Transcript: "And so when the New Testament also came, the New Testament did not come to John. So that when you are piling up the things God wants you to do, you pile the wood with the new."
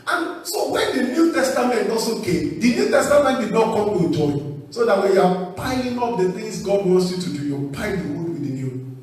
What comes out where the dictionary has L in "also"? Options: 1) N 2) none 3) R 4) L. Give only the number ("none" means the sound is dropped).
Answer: 2